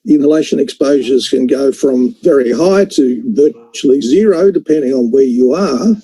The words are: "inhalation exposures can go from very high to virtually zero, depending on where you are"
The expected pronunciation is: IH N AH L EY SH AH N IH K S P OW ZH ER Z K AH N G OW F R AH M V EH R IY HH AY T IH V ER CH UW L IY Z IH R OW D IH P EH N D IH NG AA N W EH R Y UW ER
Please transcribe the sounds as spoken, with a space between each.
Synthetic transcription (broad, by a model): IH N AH L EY SH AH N IH K S P OW ZH ER Z K AH N G OW F R AH M V EH R IY HH AY T IH V ER CH UW L IY Z IH R OW D IH P EH N D IH NG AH N W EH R Y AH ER